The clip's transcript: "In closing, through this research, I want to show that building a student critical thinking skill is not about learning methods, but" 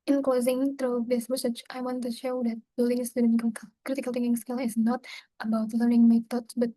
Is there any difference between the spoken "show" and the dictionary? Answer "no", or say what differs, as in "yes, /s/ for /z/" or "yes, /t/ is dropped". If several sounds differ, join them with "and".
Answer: no